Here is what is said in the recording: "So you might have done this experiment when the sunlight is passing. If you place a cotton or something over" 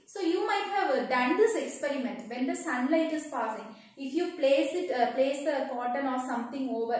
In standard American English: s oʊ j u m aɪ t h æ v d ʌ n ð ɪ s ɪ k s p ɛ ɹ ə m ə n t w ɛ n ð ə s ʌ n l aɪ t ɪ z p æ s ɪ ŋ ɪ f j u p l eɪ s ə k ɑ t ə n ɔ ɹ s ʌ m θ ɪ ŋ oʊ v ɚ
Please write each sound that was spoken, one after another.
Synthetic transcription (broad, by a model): s oʊ j u m aɪ t h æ v d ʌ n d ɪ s ɪ k s p ɛ ɹ ə m ə n t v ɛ n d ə s ʌ n l aɪ t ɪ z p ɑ s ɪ ŋ ɪ f j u p l eɪ s ə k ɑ t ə l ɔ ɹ s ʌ m t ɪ ŋ oʊ v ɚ